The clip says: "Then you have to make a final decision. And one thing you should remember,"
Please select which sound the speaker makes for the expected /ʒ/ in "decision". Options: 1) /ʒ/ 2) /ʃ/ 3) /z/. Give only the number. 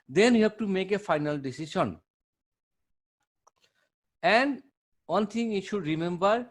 2